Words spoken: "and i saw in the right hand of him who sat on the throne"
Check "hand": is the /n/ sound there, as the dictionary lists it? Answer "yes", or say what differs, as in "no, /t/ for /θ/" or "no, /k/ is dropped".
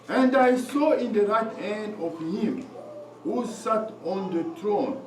yes